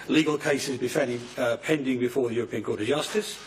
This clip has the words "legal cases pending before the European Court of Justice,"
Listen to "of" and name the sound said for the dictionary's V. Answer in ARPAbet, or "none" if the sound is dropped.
V